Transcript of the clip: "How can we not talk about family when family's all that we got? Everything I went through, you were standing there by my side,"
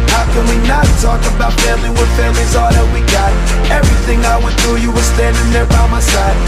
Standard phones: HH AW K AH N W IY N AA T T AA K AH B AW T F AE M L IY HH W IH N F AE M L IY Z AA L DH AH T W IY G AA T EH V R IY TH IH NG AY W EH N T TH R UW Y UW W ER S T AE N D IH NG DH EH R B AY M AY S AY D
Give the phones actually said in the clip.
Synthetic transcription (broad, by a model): HH AW K AH N W IY N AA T T AA K AH B AW T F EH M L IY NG W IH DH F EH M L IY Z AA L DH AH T W IY G AA T EH V R IY TH IH NG AY W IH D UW Y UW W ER S T AE N D IH NG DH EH R B AY M AY S AY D